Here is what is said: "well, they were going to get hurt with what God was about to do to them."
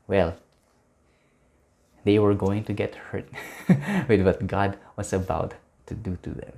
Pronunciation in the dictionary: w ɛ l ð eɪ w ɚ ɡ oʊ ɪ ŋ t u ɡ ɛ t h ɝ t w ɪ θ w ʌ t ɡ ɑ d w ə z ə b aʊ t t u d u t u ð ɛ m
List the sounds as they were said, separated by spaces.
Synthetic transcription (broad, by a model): w ɛ l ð eɪ w ɚ ɡ oʊ ɪ ŋ t u ɡ ɛ t h ɝ t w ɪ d w ʌ t ɡ ɑ d w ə s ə b aʊ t t u d u t u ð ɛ m